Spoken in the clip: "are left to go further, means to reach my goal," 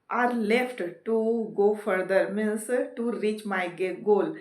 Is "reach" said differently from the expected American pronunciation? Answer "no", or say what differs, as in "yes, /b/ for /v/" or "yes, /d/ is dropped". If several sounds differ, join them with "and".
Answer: no